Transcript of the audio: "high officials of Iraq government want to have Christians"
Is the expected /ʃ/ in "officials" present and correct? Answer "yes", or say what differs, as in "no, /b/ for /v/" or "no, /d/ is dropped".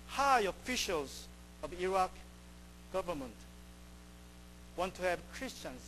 yes